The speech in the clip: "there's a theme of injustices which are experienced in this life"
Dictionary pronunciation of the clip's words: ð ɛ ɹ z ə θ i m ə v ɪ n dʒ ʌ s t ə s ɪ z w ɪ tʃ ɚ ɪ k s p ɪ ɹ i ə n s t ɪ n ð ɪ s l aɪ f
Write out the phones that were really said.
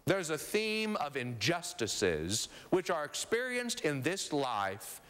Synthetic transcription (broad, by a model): ð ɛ ɹ z ə θ i m ə v ɪ n dʒ ʌ s t ə s ɪ z w ɪ tʃ ɚ ɪ k s p ɪ ɹ i ə n s t ɪ n ð ɪ s l aɪ f